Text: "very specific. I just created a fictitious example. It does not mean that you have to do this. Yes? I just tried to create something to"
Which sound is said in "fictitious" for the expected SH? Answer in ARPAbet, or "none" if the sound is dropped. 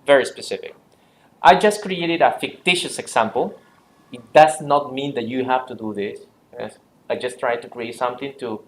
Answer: SH